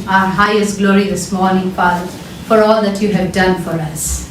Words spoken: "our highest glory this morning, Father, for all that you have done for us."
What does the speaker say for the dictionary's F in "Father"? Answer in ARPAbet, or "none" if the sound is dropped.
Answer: P